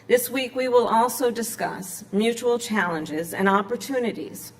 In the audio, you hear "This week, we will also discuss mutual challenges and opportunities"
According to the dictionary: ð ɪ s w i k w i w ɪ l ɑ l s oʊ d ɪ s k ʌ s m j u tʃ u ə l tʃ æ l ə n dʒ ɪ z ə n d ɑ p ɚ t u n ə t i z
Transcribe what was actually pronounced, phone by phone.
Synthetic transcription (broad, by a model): ð ɪ s w i k w i w ɪ l ɑ l s oʊ d ɪ s k ʌ s m j u tʃ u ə l tʃ æ l ə n dʒ ɪ z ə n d ɑ p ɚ t u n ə t i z